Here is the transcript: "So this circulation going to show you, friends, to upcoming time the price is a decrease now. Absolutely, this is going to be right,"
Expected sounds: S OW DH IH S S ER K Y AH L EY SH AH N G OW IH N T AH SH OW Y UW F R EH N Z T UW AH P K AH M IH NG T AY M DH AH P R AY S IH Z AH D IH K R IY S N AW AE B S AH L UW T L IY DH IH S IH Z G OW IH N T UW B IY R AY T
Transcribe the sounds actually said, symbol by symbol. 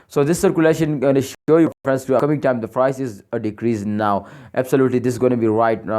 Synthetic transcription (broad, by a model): S OW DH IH S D K Y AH L EY SH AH N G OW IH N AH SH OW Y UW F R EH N S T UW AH K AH M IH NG T AY M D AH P R AY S IH Z AH D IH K R IY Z N AW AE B S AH L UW T L IY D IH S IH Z G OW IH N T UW B IY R AY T